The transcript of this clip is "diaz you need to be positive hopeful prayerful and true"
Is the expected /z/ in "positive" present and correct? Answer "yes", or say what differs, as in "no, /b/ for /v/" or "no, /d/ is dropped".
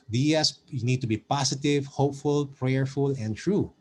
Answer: no, /s/ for /z/